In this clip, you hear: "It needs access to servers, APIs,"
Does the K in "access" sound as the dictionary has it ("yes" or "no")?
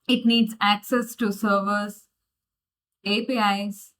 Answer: yes